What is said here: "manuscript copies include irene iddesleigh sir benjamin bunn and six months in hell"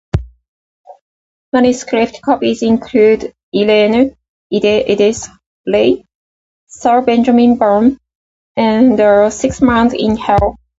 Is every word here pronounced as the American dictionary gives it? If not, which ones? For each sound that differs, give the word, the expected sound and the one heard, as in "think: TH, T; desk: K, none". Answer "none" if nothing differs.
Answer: irene: R, L; months: S, none